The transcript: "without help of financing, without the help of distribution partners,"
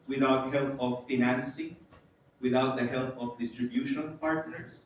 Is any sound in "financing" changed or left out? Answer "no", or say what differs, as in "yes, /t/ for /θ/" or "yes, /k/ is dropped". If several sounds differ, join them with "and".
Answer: no